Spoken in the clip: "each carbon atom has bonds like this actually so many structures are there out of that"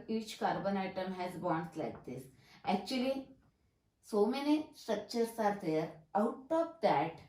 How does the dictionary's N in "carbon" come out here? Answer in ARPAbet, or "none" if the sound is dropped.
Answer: N